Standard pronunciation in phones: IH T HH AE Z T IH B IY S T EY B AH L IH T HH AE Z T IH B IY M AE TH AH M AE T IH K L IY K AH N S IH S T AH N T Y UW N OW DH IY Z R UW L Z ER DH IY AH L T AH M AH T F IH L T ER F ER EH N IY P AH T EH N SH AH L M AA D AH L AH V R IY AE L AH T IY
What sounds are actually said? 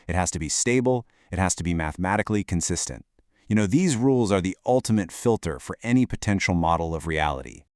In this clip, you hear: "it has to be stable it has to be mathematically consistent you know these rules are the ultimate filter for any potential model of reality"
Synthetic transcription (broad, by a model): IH T HH AE Z T IH B IY S T EY B L IH T HH AE Z T IH B IY M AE TH M AE T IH K L IY K AH N S IH S T AH N T Y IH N OW DH IY Z R UW L Z ER DH IY AH L T AH M AH T F IH L T ER F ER EH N IY P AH T EH N SH L M AA D L AH V R IY AE L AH T IY